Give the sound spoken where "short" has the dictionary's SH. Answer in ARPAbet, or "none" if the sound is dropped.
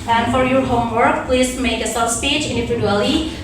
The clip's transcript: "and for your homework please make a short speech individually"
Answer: S